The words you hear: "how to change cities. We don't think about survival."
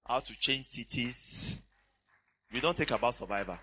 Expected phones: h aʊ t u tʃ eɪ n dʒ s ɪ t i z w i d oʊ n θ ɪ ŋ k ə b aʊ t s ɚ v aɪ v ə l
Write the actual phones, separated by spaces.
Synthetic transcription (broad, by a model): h aʊ t u tʃ eɪ n dʒ s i t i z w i d oʊ n t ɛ k ə b aʊ t s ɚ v aɪ v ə